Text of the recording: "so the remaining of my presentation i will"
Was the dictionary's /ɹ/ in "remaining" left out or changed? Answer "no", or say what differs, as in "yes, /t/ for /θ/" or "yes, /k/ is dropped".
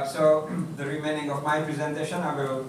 no